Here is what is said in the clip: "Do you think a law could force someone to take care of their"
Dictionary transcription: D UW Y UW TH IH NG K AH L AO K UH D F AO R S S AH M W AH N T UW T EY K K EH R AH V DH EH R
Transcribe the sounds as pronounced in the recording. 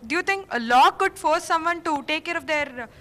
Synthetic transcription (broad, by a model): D Y UW T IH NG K AH L AO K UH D F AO R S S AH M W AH N T UW T EY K K EH R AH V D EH R